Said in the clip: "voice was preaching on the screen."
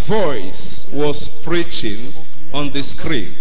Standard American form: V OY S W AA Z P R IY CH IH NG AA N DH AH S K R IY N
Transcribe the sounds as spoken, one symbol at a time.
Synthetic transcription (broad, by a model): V OY S W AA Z P R IY CH IH NG AA N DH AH S K R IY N